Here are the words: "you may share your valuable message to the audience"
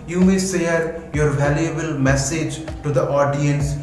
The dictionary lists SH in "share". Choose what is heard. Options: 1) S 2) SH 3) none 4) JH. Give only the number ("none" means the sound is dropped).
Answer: 1